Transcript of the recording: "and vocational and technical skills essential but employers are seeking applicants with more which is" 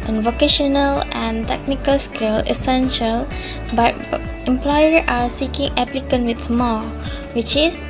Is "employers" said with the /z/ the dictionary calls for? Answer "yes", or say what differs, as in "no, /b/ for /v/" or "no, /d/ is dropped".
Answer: no, /z/ is dropped